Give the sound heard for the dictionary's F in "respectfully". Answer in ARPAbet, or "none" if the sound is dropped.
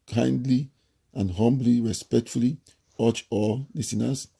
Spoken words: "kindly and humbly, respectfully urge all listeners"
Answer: F